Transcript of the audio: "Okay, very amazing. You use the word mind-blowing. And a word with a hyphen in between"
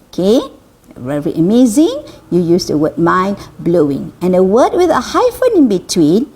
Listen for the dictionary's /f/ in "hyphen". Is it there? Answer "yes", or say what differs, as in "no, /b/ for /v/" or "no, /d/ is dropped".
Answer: yes